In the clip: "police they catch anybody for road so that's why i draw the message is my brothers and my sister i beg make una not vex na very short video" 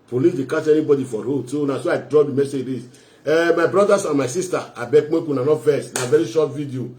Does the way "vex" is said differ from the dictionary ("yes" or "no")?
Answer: yes